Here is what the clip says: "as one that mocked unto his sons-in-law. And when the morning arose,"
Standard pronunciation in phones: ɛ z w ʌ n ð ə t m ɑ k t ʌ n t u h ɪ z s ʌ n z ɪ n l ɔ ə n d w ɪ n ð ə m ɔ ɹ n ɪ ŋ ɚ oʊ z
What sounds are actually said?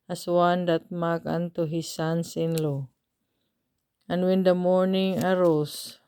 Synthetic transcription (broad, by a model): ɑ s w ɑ n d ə t m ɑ k ʌ n t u h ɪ s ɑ n s ɪ n l ɔ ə n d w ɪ n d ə m ɔ ɹ n ɪ ŋ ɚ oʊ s